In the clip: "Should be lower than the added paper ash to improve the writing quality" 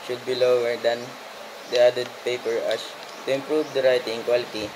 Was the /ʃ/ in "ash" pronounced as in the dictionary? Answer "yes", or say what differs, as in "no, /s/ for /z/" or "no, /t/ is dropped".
no, /s/ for /ʃ/